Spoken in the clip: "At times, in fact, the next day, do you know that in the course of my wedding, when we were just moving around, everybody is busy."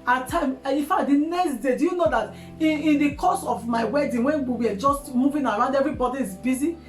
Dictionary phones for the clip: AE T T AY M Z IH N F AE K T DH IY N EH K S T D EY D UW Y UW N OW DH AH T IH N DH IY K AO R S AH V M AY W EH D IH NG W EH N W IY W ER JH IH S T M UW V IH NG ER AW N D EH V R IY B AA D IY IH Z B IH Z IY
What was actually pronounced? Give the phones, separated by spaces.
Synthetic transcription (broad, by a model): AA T T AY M IH F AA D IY N EH K S T D EY D UW Y UW N OW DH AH T IH N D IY K AO S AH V M AY W EH D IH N W EH N W IY W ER JH IH S T M UW V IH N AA AW N D EH V R IY B AA D IY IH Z B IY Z IY